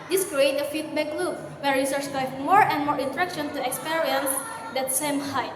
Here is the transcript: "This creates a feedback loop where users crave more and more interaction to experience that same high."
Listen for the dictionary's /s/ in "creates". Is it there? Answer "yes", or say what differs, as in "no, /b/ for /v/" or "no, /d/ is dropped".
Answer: no, /s/ is dropped